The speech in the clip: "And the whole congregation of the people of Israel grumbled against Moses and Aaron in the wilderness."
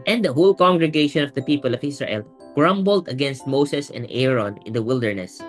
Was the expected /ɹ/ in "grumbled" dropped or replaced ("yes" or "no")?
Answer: no